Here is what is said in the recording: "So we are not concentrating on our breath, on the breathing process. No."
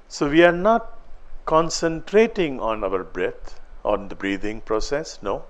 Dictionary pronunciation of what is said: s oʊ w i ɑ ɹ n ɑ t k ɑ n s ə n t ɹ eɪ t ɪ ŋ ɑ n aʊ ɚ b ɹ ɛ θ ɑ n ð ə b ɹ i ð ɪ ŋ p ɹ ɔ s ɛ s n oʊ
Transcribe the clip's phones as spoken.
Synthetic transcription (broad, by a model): s oʊ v i ɑ ɹ n ɑ t k ɑ n s ə n t ɹ eɪ t ɪ ŋ ɑ n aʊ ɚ b ɹ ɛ t ɑ n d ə b ɹ i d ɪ ŋ p ɹ ɔ s ɛ s n oʊ